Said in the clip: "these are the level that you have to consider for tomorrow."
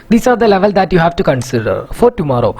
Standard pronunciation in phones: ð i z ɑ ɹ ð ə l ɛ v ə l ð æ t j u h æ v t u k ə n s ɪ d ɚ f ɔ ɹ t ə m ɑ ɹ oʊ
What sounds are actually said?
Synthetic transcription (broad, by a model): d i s ɑ ɹ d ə l ɛ v ə l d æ t j u h æ v t u k ə n s ɪ d ɚ f ɔ ɹ t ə m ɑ ɹ oʊ